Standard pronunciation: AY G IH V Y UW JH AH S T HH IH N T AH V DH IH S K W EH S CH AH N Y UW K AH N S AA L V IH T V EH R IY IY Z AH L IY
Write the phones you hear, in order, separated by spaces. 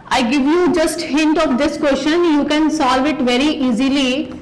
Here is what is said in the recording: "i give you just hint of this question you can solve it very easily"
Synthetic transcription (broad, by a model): AY G IH V Y UW JH AH S T HH IH N T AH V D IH S K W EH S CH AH N Y UW K AH N S AA L V IH T V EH R IY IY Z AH L IY